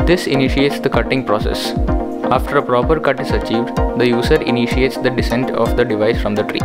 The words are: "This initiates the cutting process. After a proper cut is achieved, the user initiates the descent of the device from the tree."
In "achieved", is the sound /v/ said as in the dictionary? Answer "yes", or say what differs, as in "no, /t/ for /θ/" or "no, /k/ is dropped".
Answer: yes